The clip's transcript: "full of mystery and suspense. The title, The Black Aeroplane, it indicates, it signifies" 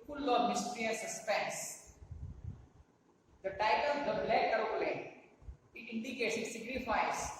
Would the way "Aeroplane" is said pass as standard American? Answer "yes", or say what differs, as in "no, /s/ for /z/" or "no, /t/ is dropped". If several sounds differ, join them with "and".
no, /p/ is dropped